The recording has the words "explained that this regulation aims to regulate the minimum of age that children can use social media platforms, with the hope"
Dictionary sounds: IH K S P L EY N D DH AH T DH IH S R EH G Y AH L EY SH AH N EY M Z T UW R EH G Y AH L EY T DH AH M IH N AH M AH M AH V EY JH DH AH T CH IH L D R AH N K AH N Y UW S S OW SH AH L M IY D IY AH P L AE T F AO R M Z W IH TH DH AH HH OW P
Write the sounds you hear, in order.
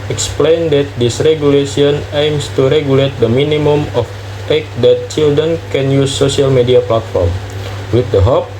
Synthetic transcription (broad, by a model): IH K S P L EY N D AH T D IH S R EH G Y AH L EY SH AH N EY M S T UW R EH G Y AH L EY T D AH M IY N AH M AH M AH F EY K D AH T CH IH L D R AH N K AH N Y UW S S OW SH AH L M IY D IY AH P L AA T F AO R M W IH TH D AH HH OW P